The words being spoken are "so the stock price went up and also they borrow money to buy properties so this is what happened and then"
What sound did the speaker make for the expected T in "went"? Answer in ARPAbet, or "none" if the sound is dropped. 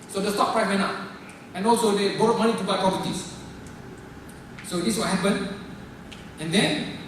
none